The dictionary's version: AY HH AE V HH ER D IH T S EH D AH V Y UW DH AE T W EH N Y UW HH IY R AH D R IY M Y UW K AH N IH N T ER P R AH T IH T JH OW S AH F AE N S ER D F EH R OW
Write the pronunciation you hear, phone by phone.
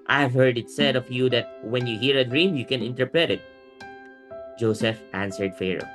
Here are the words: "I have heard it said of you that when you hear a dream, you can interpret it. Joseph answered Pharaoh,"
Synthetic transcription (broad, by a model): AY HH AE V HH ER D IH T S EH D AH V Y UW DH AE T W EH N Y UW HH IY R AH D R IY M Y UW K AH N IH N T ER P R AH T IH T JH OW S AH F AE N S ER D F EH R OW